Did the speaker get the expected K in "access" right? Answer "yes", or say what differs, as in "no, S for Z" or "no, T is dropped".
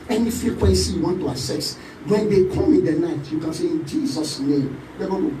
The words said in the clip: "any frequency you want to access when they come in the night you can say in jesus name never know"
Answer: no, K is dropped